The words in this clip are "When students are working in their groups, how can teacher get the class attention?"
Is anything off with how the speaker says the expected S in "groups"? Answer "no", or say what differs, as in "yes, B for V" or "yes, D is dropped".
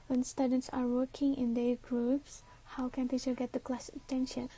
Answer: no